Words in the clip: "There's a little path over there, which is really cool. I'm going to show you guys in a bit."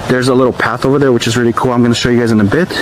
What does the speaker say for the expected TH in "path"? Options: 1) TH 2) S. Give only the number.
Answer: 1